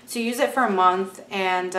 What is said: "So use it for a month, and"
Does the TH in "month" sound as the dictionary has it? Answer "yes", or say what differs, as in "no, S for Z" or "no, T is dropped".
yes